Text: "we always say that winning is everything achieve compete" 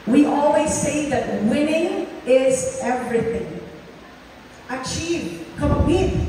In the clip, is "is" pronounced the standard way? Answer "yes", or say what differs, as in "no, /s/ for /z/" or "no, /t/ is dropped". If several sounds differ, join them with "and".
yes